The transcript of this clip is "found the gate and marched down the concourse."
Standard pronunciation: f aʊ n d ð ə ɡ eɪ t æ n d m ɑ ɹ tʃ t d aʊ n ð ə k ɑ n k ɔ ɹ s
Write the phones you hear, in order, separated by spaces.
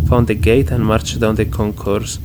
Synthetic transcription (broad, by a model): f aʊ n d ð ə ɡ eɪ t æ n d m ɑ ɹ tʃ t d aʊ n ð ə k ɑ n k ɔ ɹ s